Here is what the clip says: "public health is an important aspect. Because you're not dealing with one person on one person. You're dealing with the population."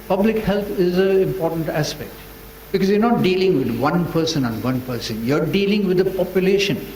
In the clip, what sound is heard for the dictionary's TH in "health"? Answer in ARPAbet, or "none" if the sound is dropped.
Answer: T